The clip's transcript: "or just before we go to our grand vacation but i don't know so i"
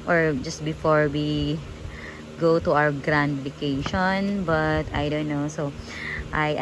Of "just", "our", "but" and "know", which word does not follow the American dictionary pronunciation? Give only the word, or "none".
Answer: our